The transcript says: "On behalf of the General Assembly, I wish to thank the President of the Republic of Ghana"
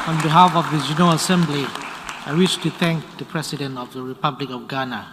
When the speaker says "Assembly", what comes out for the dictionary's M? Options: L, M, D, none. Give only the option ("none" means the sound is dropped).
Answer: M